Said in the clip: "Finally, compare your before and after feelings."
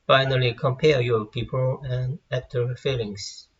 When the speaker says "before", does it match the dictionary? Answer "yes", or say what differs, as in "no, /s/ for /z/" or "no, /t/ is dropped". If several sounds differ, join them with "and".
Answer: no, /p/ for /f/ and /l/ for /ɹ/